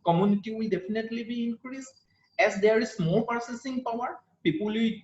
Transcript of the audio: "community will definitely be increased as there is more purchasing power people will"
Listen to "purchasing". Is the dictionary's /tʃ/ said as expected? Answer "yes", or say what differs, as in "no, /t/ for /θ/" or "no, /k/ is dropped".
no, /s/ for /tʃ/